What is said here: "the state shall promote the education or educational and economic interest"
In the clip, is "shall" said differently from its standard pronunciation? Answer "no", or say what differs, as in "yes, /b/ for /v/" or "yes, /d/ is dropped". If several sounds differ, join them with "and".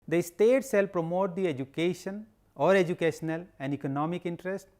yes, /s/ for /ʃ/